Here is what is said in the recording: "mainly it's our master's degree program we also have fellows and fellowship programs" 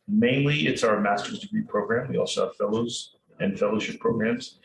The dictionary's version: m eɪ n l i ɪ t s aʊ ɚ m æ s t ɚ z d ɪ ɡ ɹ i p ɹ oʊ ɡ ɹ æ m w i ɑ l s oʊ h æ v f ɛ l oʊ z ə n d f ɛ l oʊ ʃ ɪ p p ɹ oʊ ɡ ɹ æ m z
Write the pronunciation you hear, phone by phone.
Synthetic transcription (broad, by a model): m eɪ n l i ɪ t s aʊ ɚ m æ s t ɚ z d ɪ ɡ ɹ i p ɹ oʊ ɡ ɹ æ m w i ɑ l s oʊ h æ v f ɛ l oʊ z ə n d f ɛ l oʊ ʃ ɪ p p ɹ oʊ ɡ ɹ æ m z